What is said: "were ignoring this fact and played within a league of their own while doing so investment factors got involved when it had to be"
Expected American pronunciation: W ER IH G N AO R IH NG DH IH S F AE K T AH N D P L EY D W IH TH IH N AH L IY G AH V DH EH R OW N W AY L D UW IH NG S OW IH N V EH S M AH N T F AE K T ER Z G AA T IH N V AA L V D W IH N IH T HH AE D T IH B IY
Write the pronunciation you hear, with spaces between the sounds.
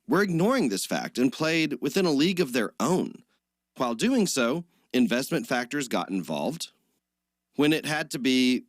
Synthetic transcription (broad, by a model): W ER IH G N AO R IH NG DH IH S F AE K T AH N P L EY D W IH TH IH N AH L IY G AH V DH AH R OW N W AY L D UW IH NG S OW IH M V EH S M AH N T F AE K T ER Z G AA T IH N V AA L V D W IH N IH T HH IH D T IH B IY